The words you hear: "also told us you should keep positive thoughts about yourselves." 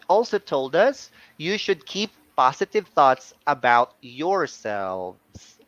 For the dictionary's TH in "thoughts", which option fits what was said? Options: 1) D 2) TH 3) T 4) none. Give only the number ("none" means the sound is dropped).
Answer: 2